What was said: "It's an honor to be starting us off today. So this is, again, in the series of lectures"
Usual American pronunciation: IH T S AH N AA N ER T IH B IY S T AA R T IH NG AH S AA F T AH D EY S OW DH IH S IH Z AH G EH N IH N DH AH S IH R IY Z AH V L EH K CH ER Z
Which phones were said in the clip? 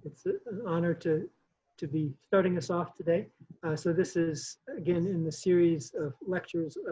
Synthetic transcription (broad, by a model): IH T S AH N AA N ER T IH B IY S T AA R T IH NG AH S AA F T AH D EY S OW DH IH S IH Z AH G EH N IH N DH AH S IH R IY Z AH V L EH K CH ER Z